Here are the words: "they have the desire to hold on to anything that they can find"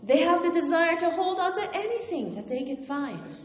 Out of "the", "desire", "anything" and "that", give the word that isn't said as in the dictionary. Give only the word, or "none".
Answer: none